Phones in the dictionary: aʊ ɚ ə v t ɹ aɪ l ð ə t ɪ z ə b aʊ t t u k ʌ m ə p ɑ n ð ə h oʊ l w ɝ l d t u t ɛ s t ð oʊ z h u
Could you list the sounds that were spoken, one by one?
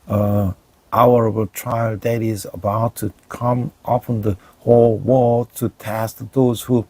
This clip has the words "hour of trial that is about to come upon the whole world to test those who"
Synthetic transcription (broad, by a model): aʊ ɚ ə b t ɹ aɪ l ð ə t ɪ z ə b aʊ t t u k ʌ m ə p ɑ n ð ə h oʊ l w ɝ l t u t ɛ s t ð oʊ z h u